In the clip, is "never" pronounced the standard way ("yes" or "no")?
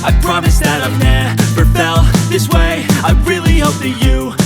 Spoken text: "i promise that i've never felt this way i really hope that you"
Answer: no